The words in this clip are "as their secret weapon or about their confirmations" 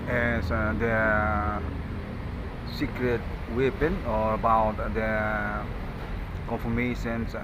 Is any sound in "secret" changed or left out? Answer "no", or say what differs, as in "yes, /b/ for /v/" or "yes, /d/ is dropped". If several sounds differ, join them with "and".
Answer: no